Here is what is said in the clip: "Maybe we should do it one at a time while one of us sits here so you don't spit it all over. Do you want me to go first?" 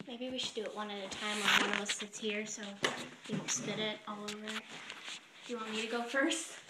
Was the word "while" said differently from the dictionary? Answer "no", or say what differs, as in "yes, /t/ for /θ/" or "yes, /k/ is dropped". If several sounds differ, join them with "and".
yes, /n/ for /l/